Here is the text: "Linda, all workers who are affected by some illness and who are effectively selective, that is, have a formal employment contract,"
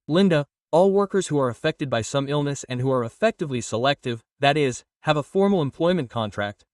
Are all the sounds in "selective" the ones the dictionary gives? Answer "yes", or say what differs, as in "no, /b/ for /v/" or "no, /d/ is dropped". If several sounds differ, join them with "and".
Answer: yes